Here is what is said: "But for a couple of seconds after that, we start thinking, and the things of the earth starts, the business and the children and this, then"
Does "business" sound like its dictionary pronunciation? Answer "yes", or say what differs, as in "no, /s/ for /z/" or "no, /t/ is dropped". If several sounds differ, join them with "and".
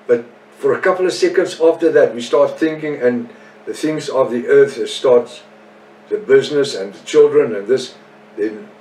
yes